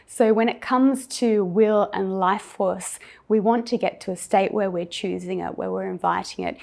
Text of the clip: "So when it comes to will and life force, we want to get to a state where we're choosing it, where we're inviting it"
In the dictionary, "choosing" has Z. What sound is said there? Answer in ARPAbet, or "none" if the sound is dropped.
Z